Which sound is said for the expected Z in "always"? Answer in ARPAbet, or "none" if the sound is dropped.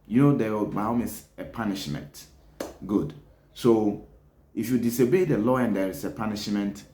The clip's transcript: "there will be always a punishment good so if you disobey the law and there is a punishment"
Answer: S